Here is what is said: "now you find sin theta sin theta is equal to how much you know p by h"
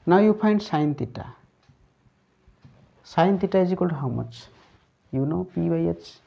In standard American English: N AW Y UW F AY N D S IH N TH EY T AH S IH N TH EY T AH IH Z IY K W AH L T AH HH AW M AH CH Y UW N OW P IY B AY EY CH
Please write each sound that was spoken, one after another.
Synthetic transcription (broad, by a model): N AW Y UW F AY N D S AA N T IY T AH S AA N T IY T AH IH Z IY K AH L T HH AW M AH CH Y UW N OW P IY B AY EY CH